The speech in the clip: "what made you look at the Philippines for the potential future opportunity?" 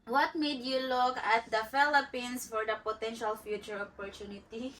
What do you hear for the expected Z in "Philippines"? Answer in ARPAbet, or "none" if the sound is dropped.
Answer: S